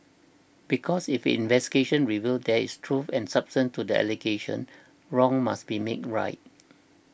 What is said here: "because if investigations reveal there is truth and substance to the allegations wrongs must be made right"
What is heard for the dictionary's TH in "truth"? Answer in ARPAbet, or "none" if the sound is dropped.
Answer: F